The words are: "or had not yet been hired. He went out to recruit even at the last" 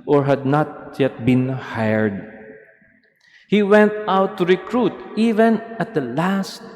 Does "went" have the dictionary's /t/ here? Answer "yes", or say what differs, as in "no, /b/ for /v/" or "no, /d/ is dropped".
yes